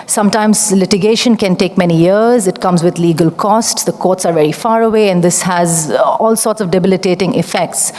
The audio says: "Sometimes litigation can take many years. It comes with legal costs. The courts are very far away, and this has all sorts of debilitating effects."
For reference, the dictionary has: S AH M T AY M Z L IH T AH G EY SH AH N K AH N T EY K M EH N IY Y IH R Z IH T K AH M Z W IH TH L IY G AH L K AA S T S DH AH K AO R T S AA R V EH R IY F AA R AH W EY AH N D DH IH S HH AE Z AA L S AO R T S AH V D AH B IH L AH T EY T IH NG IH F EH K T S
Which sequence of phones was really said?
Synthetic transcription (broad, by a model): S AH M T AY M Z L IH T AH G EY SH AH N K AH N T EY K M EH N IY Y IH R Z IH T K AH M Z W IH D L IY G AH L K AA S T S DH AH K AO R T S AA R V EH R IY F AA R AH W EY AH N D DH IH S HH AE Z AA L S AO R T S AH V D AH B IH L AH T EY T IH NG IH F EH K T S